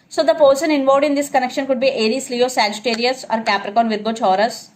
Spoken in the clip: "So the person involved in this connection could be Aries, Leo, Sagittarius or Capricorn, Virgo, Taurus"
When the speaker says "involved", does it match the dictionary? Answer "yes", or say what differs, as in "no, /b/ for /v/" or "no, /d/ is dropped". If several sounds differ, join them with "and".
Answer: no, /l/ is dropped